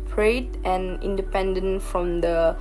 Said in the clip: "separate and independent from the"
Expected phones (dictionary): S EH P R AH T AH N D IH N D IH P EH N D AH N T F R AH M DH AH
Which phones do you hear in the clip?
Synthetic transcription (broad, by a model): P R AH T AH N IH N D IH P EH N D AH N T F R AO M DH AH